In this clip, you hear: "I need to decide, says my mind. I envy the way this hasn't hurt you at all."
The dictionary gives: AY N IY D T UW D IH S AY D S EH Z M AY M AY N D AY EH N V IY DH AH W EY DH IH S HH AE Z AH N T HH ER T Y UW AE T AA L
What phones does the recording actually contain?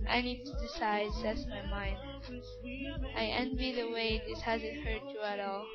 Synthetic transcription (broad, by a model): AY N IY D T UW D IH S AY D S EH S M AY M AY N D AY EH N V IY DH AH W EY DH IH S HH AE Z AH N T HH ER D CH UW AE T AA L